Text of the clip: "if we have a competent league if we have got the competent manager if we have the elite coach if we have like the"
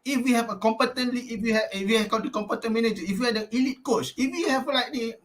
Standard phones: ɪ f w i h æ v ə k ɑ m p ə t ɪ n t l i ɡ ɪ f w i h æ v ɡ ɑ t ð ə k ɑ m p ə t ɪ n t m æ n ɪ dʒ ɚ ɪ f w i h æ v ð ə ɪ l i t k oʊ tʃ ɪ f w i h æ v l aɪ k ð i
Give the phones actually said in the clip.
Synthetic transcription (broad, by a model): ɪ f w i h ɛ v ə k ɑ m p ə t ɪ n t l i ɪ f w i h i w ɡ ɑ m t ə k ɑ m p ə t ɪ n m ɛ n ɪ dʒ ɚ ɪ f w i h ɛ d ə ɪ l i t k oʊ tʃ ɪ f w i h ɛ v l aɪ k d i